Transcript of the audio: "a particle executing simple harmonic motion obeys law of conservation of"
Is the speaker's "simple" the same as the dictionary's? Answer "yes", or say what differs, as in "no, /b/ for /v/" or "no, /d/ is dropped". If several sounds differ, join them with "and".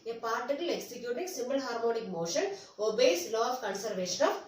no, /b/ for /p/